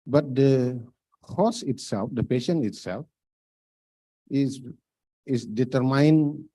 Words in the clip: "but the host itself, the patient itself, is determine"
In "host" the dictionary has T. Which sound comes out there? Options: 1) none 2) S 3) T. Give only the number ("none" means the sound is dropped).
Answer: 1